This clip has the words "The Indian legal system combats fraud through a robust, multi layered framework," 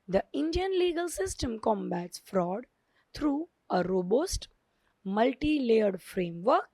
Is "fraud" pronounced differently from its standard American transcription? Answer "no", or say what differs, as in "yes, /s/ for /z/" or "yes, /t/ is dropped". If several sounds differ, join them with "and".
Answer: no